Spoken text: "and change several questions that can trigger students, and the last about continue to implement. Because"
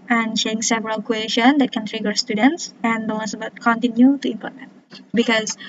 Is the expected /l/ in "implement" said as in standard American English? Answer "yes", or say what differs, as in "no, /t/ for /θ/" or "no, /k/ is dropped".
no, /l/ is dropped